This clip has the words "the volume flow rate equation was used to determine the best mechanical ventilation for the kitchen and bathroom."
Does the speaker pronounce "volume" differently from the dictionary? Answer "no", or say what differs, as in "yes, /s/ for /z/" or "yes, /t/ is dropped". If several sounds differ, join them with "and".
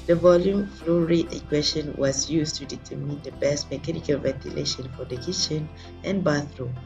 no